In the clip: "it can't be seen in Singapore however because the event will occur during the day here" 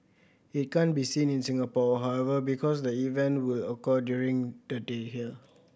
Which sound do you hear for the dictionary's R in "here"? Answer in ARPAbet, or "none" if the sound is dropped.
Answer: L